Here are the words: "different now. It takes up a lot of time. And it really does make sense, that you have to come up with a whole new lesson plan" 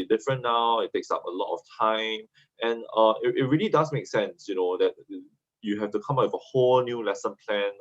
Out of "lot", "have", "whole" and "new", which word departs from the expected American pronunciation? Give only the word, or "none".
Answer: have